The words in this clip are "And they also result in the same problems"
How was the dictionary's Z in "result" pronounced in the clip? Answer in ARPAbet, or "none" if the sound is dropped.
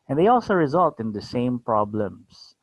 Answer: Z